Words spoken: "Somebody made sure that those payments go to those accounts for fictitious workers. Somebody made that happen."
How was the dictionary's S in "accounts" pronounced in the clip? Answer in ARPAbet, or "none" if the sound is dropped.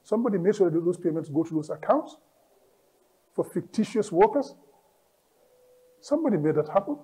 S